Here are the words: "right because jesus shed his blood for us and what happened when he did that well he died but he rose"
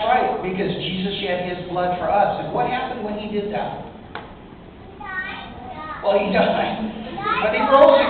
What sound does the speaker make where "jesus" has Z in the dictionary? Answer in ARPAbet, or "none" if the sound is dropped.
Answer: Z